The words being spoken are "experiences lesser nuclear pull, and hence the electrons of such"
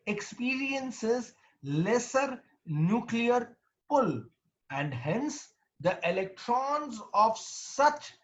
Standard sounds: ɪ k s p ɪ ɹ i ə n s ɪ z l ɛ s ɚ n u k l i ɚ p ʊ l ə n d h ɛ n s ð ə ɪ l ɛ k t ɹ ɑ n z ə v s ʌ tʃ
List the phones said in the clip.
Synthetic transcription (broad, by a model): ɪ k s p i ɹ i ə n s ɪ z l ɛ s ɚ n u k l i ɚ p ʊ l ə n d h ɛ n s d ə ɪ l ɛ k t ɹ ɑ n z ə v s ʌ tʃ